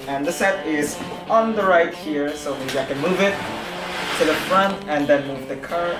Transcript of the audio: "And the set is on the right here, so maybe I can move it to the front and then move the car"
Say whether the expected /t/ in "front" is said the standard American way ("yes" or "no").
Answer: yes